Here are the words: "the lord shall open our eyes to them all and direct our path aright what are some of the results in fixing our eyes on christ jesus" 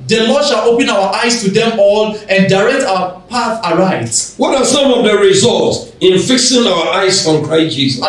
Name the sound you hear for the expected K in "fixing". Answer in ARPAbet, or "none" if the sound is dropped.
K